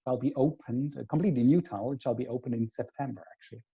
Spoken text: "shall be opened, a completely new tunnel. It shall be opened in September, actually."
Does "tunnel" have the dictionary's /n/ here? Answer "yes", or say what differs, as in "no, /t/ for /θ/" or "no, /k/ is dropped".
no, /n/ is dropped